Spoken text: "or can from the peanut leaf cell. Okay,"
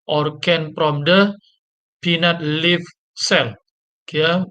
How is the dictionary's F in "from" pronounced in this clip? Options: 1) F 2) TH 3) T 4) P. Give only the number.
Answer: 4